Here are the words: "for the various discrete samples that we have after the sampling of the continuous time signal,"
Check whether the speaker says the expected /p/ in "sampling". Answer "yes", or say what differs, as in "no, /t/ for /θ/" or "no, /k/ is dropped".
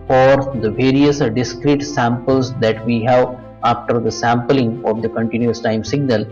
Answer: yes